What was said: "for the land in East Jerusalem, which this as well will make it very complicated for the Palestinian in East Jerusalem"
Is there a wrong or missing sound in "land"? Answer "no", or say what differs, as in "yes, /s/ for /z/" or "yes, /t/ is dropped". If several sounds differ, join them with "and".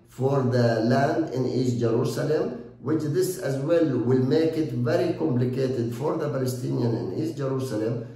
no